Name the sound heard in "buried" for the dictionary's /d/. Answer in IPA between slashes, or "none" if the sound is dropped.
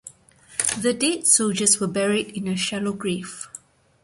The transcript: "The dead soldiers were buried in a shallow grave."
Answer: /d/